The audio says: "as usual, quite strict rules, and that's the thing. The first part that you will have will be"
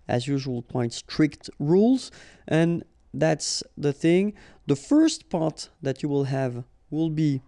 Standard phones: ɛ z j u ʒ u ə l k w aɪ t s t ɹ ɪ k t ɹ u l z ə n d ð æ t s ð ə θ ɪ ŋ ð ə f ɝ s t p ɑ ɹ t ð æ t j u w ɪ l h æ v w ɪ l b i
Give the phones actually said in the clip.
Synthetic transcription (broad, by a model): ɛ z j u ʒ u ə l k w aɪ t s t ɹ ɪ k t ɹ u l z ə n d ð æ t s ð ə θ ɪ ŋ ð ə f ɝ s t p ɑ ɹ t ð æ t j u w ɪ l h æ v w ɪ l b i